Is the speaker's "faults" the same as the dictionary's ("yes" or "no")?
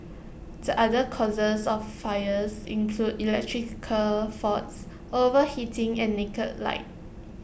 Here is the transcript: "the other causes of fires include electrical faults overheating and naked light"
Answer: no